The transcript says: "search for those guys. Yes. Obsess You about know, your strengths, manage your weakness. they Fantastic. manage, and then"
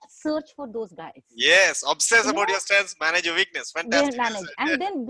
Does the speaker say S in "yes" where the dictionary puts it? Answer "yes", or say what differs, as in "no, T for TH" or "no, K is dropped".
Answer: yes